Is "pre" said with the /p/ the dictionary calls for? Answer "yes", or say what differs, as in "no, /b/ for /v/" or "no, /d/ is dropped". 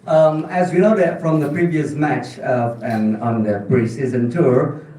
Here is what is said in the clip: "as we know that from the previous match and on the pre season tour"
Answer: no, /b/ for /p/